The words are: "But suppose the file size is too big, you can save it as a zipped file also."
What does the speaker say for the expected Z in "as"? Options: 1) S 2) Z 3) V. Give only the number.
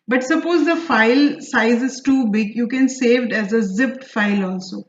2